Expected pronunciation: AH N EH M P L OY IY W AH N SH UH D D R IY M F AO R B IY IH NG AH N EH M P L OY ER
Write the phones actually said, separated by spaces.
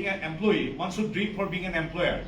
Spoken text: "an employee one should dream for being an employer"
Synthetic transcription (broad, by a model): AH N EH M P L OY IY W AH N S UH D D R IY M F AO R B IY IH NG AH N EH M P L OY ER